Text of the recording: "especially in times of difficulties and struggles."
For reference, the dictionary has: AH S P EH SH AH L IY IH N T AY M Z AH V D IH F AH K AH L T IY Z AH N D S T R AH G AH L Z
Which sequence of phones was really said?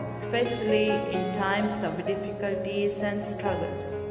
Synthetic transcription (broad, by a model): S P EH SH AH L IY IH N T AY M S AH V D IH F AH K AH L T IY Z AH N D S T R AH G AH L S